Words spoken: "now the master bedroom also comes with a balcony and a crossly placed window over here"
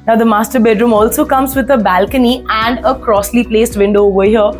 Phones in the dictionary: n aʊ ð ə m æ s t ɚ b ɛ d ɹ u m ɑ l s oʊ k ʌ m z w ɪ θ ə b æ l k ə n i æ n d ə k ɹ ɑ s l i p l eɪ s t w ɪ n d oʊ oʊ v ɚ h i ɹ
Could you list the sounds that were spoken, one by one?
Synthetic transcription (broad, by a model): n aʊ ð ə m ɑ s t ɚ b ɛ d ɹ u m ɑ l s oʊ k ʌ m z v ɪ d ə b æ l k ə n i æ n d ə k ɹ ɑ s l i p l eɪ s t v ɪ n d oʊ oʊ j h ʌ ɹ